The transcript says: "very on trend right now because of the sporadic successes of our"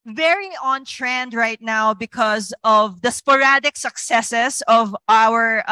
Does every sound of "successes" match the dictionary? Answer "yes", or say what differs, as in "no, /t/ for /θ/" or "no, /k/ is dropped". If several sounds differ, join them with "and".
no, /s/ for /z/